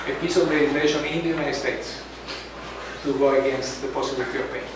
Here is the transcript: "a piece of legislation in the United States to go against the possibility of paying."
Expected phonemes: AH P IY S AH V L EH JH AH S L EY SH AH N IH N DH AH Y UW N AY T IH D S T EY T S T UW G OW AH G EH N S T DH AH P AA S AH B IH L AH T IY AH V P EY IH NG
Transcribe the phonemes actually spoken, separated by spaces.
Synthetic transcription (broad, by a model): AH P IY S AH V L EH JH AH L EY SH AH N IH N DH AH Y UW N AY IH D S T EY T S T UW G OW AH G EH N S T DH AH P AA S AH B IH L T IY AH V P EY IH